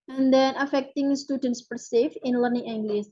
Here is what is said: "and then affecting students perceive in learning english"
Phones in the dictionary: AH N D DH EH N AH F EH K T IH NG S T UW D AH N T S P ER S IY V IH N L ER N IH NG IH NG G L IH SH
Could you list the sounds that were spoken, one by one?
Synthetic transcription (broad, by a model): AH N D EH N AH F EH K T IH NG S T UW D AH N T S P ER S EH F IH N L ER N IH NG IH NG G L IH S